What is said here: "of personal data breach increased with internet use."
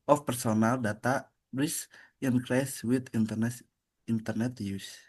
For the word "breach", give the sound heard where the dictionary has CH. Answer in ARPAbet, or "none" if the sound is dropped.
S